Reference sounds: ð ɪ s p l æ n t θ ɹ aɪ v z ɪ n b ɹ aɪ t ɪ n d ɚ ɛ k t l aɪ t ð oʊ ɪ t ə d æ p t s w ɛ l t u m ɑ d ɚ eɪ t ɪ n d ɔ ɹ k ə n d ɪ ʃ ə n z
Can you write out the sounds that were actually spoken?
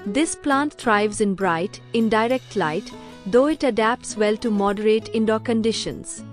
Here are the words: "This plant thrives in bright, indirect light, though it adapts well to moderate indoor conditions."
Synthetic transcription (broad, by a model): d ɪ s p l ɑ n t t ɹ aɪ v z ɪ n b ɹ aɪ t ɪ n d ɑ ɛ k t l aɪ t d oʊ ɪ t ə d æ p t s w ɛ l t u m ɑ d ɚ eɪ t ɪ n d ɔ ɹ k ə n d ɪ ʃ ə n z